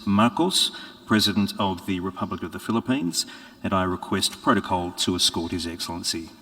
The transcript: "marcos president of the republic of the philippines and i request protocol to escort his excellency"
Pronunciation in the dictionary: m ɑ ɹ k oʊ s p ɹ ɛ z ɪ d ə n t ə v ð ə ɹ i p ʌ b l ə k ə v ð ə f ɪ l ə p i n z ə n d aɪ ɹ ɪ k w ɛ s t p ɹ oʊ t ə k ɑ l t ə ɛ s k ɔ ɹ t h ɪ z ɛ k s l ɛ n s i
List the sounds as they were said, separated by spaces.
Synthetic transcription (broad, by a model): m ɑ ɹ k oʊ s p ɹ ɛ z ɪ d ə n t ə v ð ə ɹ i p ʌ b l ə k ə v ð ə f ɪ l ə p i n z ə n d aɪ ɹ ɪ k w ɛ s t p ɹ oʊ t ə k ɑ l t ə s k ɔ ɹ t h ɪ z ɛ k s l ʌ n s i